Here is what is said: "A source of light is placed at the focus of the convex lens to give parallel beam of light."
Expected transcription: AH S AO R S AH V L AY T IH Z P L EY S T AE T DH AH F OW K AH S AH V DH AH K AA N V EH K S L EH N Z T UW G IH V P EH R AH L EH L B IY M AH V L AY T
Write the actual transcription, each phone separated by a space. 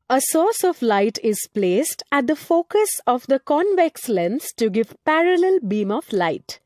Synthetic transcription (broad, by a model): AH S AO R S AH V L AY T IH Z P L EY S T AE T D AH F OW K AH S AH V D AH K AA N V EH K S L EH N S T UW G IH V P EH R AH L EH L B IY M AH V L AY T